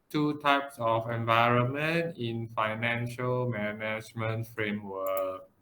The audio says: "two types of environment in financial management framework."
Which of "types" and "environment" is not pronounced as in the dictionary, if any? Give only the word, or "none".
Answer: none